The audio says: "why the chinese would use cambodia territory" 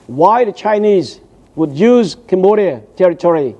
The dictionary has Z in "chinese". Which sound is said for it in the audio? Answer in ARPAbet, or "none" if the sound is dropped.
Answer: Z